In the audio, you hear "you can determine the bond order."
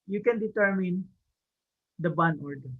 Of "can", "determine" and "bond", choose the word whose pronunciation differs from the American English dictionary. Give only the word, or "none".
bond